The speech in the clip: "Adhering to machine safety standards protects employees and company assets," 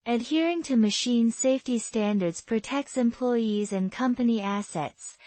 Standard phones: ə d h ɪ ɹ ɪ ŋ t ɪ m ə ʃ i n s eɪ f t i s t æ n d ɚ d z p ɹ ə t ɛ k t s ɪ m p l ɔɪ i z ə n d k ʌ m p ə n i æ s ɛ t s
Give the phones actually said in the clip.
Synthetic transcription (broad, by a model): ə d h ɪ ɹ ɪ ŋ t ɪ m ə ʃ i n s eɪ f t i s t æ n d ɚ d z p ɹ ə t ɛ k t s ɪ m p l ɔɪ i z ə n k ʌ m p ə n i æ s ɛ t s